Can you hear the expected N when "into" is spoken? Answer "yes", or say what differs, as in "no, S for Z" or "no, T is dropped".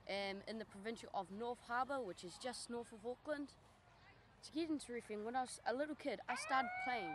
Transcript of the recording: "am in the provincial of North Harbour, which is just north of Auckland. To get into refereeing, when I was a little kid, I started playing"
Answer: yes